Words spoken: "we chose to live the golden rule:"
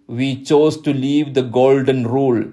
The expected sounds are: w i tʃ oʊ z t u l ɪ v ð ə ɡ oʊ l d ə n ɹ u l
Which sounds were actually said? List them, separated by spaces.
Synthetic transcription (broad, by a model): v i tʃ oʊ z t u l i v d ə ɡ oʊ l d ə n ɹ u l